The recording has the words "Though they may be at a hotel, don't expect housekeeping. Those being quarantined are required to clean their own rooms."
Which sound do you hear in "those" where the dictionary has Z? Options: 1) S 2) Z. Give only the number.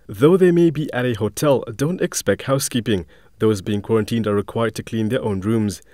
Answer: 2